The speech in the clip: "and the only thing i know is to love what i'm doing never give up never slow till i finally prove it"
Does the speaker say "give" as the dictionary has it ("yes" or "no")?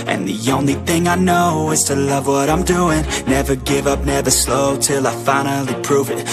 yes